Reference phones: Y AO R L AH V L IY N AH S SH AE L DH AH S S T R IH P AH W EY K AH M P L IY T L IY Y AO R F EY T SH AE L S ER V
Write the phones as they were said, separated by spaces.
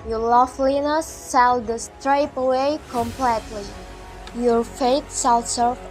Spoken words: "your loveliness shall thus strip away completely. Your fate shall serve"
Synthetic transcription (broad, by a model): Y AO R L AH F L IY N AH S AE L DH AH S S T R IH P AH W EY K AH M P L IY T L IY Y AO R F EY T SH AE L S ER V